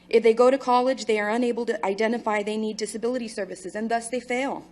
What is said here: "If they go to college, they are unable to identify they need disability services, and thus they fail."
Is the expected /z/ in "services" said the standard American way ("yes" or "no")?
yes